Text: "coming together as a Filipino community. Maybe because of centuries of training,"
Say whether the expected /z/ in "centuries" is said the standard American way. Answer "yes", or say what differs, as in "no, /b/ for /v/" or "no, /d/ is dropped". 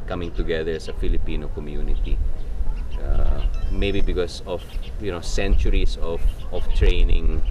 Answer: no, /s/ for /z/